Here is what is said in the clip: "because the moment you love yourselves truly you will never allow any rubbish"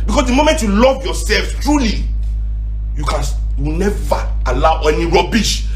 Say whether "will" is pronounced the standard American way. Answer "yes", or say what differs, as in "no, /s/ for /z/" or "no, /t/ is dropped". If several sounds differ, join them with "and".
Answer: no, /w/ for /l/